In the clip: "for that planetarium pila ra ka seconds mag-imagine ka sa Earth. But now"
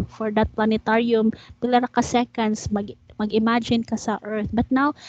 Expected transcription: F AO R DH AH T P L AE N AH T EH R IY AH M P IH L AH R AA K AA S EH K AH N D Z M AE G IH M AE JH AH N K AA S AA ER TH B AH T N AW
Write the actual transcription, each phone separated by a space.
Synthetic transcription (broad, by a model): F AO R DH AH T P L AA N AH T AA R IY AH M P IH L AH R AA K AA S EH K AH N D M M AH G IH M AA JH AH N K AA S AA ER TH B AH T N AW